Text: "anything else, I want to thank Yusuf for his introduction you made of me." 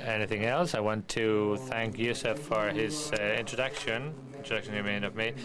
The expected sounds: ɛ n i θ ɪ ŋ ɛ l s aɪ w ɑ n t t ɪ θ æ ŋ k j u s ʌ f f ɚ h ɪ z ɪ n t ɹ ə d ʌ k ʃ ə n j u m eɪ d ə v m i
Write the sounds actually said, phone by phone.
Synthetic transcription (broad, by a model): ɛ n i θ ɪ ŋ ɛ l s aɪ w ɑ n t t ɪ θ æ ŋ k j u s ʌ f f ɚ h ɪ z ɪ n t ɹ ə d ʌ k ʃ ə n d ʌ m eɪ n ə v m i